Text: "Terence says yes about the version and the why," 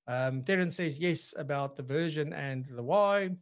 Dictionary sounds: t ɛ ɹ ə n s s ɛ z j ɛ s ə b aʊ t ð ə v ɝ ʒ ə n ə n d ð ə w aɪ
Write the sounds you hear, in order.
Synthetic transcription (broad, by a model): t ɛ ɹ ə n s s ɛ z j ɛ s ə b aʊ t ð ə v ɝ ʒ ə n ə n ð ə w aɪ